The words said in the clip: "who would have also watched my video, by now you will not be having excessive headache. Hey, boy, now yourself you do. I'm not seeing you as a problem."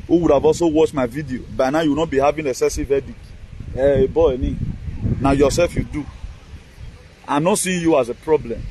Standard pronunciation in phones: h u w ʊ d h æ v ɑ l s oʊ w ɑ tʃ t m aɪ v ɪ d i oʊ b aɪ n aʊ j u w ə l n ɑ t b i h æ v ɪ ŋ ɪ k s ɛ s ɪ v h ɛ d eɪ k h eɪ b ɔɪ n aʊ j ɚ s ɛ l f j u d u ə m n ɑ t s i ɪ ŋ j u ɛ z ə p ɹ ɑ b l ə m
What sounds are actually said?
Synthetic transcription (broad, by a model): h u w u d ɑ v ɑ l s oʊ w ɑ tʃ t m aɪ v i d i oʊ b aɪ n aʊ j u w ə n ɑ t b i h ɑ v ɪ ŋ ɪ s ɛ s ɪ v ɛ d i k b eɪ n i n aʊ j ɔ s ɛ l f j u d u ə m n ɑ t s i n j u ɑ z ə p ɹ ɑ b l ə m